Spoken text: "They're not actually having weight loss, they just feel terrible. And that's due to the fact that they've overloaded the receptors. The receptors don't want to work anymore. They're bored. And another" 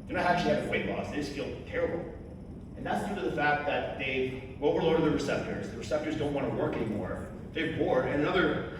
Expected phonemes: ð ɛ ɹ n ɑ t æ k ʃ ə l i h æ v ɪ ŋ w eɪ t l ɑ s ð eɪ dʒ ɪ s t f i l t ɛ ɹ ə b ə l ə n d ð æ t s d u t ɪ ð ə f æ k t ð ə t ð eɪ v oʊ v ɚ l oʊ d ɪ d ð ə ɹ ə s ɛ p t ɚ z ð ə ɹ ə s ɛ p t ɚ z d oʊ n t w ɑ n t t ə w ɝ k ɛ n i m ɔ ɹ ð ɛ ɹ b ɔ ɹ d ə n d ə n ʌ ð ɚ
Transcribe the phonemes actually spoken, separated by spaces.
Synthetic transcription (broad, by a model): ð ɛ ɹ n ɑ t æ k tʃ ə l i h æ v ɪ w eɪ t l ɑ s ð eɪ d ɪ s f i l t ɛ ɹ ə b l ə n ð æ t s d u t ɪ ð ə f æ k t ð ə t ð eɪ w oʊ w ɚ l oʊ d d ð ə ɹ ə s ɛ p t ɚ z ð ə ɹ ə s ɛ p t ɚ z d oʊ n t w ɑ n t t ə w ɝ k ɛ n i m ɔ ɹ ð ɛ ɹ b ɔ ɹ d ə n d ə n ʌ ð ɚ